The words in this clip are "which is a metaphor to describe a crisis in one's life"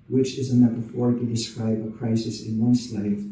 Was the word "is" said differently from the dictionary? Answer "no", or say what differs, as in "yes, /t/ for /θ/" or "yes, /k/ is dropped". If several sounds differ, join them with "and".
no